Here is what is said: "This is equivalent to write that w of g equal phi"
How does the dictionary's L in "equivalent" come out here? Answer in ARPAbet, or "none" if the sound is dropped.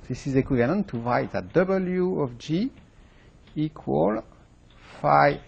N